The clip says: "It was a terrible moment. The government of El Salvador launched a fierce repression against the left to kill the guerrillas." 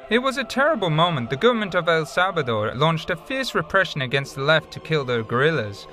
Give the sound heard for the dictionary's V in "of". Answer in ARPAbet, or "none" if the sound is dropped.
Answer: V